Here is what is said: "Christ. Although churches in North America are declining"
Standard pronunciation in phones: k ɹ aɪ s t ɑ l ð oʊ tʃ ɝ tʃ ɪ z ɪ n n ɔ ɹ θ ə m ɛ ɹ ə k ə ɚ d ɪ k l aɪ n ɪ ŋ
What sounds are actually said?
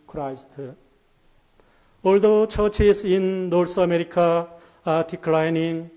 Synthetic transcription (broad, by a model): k ɹ aɪ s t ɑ l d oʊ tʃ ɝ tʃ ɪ s ɪ n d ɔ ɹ s ə m ɛ ɹ ə k ə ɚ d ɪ k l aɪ n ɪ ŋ